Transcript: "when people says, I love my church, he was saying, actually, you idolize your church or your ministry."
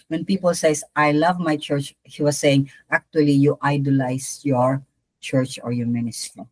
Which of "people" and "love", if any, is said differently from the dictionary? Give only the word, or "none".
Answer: none